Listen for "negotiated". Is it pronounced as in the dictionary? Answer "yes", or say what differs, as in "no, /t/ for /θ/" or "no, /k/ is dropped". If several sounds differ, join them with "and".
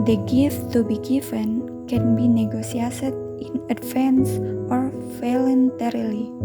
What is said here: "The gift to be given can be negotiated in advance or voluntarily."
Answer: no, /s/ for /ʃ/